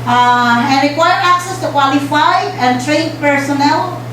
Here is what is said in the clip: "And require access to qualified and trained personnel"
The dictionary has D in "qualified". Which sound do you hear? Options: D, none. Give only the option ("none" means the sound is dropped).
none